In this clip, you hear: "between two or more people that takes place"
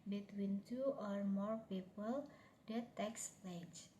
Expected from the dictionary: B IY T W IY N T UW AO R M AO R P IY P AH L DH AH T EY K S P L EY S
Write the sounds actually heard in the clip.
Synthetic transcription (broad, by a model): B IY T W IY N T UW AO R M AO R P IY P AH L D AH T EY K S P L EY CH